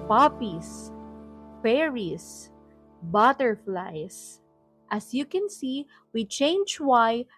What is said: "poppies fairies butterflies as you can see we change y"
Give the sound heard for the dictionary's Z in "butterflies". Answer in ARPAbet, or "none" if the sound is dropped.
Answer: S